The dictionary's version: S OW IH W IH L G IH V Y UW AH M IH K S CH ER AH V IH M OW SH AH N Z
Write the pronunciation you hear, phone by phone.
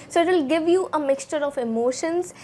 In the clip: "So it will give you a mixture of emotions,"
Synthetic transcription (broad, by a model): S OW IH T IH L G IH V Y UW AH M IH K S CH ER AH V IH M OW SH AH N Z